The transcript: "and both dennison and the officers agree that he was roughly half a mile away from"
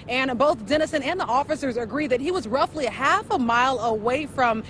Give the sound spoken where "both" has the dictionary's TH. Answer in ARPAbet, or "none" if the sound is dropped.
TH